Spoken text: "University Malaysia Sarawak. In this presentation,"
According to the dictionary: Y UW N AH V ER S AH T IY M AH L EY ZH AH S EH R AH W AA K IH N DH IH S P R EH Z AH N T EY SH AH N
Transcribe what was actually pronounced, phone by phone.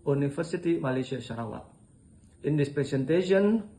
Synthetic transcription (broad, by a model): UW N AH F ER S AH T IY M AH L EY S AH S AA R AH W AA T IH N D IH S P R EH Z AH N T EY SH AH N